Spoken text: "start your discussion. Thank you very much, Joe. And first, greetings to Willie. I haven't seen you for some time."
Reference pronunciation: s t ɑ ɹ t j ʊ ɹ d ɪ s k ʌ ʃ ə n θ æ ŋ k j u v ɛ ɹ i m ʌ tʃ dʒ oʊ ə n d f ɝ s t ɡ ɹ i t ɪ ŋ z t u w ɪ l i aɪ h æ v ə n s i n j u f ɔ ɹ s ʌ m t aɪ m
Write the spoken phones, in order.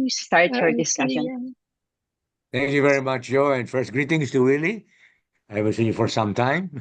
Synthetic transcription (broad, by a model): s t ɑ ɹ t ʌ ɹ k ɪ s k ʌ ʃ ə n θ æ ŋ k j u v ɛ ɹ i m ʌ tʃ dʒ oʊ ə n d f ɝ s t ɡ ɹ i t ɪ ŋ s t u w ɪ l i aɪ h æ v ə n s i n j u f ɔ ɹ s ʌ m t aɪ m